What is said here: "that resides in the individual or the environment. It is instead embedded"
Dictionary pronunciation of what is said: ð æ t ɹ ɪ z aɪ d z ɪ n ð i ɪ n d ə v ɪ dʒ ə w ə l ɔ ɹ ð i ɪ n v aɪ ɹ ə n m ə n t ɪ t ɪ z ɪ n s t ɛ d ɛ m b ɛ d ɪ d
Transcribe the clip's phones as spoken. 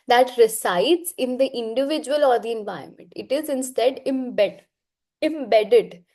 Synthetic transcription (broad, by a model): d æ t ɹ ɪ s aɪ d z ɪ n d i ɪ n d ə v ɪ dʒ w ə l ɔ ɹ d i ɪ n v aɪ ə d m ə n t ɪ t ɪ z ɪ n s t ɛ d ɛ m b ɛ d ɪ d